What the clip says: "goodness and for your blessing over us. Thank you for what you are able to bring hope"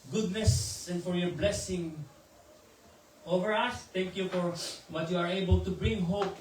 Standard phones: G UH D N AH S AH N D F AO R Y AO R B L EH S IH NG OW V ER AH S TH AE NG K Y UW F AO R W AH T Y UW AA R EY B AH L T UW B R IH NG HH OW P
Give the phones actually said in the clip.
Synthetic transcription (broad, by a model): G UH D N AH S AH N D F AO R Y AO R B L EH S IH NG OW V ER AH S T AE NG K Y UW F AO R W AH T Y UW AA R EY B AH L T UW B R IH NG HH OW P